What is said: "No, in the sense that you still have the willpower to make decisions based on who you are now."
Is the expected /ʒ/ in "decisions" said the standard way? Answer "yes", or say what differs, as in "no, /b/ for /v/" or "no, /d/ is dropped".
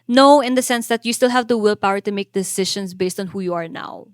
no, /ʃ/ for /ʒ/